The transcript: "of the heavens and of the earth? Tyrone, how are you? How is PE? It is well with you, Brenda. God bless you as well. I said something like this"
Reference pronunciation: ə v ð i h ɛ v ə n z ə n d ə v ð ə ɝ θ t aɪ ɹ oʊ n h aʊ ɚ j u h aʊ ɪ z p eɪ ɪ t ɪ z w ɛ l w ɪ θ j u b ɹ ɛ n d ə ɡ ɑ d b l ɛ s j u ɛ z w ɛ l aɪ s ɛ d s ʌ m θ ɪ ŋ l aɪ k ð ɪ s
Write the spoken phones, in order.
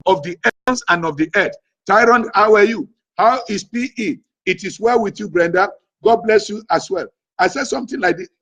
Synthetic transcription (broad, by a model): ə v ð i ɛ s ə n ə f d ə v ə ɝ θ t aɪ ɹ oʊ n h aʊ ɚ j u h aʊ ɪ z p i ɪ t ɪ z w ɛ l w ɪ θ j u b ɹ ɛ n d ə ɡ ɑ d b l ɛ s j u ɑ s w ɛ l aɪ s ɛ d s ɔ m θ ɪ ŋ l aɪ k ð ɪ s